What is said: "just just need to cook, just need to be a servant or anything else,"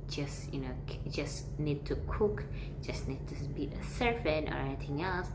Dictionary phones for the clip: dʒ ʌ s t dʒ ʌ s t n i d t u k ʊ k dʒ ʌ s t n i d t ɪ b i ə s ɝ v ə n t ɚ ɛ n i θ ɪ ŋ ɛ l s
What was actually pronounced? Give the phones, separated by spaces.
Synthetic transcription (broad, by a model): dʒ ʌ s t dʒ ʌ s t n i d t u k ʊ k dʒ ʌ s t n i d t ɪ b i ə s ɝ f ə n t ɚ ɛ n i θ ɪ ŋ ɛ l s